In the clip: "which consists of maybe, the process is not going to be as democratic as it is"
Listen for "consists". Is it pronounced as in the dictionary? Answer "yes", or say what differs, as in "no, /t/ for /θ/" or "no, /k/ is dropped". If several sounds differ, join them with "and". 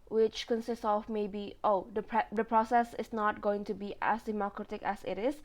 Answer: yes